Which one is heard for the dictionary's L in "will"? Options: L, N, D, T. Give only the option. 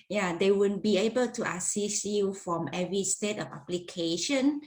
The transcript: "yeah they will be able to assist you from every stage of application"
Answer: N